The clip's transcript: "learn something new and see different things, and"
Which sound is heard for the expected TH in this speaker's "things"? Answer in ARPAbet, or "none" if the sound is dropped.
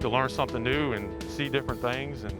TH